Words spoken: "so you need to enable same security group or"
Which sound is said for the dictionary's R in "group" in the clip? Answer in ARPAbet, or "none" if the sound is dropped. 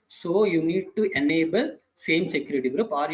R